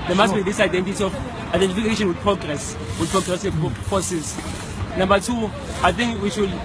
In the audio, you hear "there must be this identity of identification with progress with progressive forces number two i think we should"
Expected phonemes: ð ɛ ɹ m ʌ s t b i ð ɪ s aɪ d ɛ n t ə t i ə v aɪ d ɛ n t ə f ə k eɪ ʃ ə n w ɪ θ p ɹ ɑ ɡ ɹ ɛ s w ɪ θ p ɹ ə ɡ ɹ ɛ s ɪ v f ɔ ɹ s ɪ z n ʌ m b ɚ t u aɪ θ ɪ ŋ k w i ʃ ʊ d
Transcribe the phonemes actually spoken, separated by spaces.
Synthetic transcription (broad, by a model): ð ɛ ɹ m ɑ s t b i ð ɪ s aɪ d ɛ n t ə t i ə f aɪ d ɛ n t ə f ə k eɪ ʃ ə n w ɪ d p ɹ ɑ ɡ ɹ ɛ s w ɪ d p ɹ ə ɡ ɹ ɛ s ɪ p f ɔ s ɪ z n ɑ m b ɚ t u aɪ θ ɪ ŋ k w i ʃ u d